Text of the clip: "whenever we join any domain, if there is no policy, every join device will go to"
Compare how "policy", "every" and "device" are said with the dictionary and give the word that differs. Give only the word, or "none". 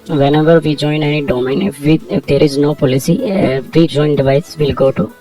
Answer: every